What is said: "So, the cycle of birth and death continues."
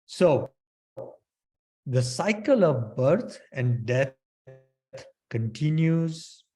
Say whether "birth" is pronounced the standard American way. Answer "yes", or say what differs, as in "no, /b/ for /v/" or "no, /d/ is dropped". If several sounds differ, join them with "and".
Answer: no, /t/ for /θ/